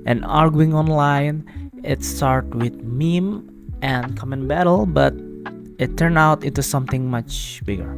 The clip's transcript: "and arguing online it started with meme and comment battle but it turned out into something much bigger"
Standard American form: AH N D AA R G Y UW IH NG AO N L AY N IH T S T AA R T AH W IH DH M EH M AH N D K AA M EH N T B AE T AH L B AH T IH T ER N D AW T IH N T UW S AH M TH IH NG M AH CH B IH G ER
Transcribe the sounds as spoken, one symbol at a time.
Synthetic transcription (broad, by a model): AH N AA R G Y UW IH NG AO N L AY N IH T S T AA R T W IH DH M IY M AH N K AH M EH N B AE T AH L B AH T IH T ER N AW T IH N T UW S AH M TH IH NG M AH CH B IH G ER